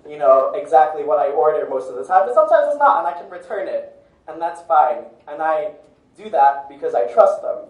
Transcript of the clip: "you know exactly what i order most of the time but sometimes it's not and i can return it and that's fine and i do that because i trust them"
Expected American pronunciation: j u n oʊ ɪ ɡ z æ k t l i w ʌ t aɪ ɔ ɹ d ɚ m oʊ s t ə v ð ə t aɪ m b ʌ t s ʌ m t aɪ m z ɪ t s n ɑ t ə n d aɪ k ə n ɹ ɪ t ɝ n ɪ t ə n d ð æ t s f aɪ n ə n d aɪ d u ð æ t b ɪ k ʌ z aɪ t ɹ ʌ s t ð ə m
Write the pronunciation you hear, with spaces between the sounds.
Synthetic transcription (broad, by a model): j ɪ n oʊ ɪ ɡ z æ k t l i w ʌ t aɪ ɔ ɹ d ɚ m oʊ s t ə v ð ə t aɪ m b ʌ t s ʌ m t aɪ m z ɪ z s n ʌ t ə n aɪ k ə n ɹ ɪ t ɝ n ɪ t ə n ð æ t s f aɪ n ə n aɪ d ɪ ð æ t b ɪ k ʌ z aɪ t ɹ ʌ s t ð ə m